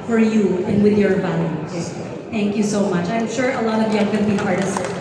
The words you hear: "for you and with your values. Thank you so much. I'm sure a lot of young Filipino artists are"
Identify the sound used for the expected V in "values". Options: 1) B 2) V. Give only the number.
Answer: 1